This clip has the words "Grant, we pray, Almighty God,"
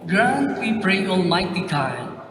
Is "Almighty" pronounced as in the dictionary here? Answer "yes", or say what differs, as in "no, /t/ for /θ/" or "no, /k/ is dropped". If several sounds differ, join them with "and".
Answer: no, /n/ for /l/